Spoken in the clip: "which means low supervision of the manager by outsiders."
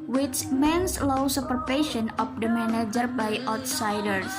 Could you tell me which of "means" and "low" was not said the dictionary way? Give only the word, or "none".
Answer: means